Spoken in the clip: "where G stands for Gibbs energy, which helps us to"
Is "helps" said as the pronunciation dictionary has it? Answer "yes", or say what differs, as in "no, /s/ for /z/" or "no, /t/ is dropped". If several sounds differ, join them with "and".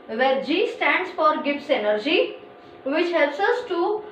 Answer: no, /p/ is dropped